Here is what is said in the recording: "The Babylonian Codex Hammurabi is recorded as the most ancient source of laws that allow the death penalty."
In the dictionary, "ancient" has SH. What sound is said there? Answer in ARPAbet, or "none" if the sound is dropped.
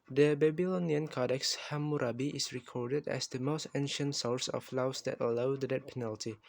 SH